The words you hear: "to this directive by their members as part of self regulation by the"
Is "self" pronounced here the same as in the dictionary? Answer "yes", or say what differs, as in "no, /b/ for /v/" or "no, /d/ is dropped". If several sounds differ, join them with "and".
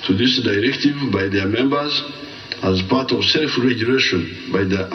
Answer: yes